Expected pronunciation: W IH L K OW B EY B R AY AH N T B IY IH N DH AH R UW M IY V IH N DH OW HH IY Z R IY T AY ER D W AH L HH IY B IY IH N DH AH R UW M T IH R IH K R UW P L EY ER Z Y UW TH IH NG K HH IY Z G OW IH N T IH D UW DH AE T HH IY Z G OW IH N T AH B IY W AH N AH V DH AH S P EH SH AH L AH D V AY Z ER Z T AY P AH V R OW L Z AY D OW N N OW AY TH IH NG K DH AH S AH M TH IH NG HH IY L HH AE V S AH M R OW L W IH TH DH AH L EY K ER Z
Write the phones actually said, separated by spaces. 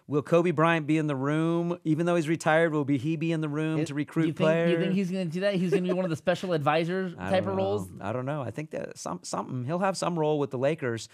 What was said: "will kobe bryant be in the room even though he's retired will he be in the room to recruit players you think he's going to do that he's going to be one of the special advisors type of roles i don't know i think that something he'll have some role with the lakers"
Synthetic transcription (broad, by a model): W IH L K OW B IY B R AY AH N B IY IH N DH AH R UW M IY V IH N DH OW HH IY Z R IY T AY ER D W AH L HH IY B IY IH N DH AH R UW M T IH R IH K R UW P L EY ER Y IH TH IH NG K HH IY Z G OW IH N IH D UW DH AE T HH IY Z G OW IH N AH B IY W AH N AH V DH AH S P EH SH L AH D V AY Z ER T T AY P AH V R OW L Z AY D OW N N OW AY TH IH NG K DH AH S AH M S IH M HH IY L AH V S AH M R OW L W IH DH AH L EY K ER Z